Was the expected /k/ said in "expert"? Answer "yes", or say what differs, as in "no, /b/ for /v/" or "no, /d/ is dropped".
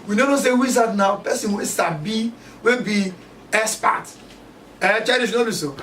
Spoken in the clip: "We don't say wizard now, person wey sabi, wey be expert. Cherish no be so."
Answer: no, /k/ is dropped